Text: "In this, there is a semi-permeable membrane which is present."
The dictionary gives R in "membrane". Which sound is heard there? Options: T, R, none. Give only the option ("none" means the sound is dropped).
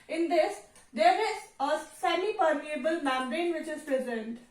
none